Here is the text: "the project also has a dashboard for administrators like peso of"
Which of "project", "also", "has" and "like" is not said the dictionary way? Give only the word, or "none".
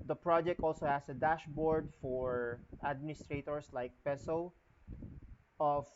has